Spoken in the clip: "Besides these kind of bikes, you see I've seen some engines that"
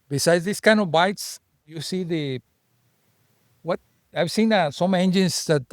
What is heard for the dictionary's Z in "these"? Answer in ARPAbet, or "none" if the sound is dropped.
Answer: S